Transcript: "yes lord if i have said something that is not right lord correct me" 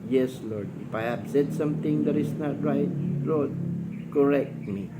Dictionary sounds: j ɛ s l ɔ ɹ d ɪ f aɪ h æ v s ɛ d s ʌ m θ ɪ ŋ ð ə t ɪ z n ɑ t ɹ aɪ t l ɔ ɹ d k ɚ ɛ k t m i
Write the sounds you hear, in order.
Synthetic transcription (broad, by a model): j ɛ s l ɔ ɹ d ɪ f aɪ h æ b s ɛ d s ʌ m t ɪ ŋ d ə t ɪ s n ɑ t ɹ aɪ t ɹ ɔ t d k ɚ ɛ k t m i